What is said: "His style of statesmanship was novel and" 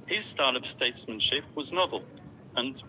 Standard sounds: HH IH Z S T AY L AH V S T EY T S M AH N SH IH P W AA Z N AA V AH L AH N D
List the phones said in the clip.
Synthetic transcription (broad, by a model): HH IH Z S T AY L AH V S T EY T S M AH N SH IH P W AA Z N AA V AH L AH N